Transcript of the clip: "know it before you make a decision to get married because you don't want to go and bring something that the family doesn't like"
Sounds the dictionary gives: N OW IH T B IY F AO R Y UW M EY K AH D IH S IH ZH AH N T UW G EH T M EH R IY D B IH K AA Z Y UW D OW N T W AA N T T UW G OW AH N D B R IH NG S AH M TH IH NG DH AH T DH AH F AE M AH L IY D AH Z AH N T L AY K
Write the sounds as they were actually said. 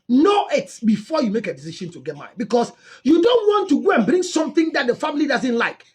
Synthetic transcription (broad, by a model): N OW IH T B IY F AO Y UW M EY K AH D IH S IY SH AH N T UW G EH T M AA IY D B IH K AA S Y UW D OW N T W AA N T T UW G OW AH N B R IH NG S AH M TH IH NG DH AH T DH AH F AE M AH L IY D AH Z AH N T L AY K